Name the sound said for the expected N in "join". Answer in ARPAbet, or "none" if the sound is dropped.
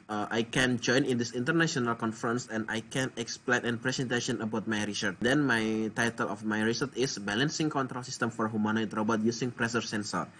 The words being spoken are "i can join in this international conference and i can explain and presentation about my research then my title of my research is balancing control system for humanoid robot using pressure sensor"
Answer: N